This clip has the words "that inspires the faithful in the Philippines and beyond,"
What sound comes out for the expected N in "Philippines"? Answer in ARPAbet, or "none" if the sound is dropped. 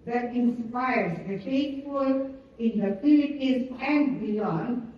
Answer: none